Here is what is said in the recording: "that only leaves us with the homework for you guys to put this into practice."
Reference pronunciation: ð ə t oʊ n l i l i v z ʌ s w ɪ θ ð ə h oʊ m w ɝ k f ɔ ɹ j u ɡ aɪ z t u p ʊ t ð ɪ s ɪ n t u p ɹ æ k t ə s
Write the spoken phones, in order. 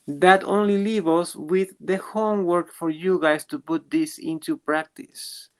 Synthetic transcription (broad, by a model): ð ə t oʊ n l i l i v ʌ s w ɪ ð ə h oʊ m w ɝ k f ɔ ɹ j u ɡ aɪ s t u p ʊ t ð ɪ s ɪ n t u p ɹ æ k t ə s